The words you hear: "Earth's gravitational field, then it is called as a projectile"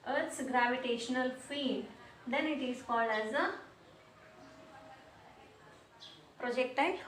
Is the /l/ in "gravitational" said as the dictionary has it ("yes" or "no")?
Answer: yes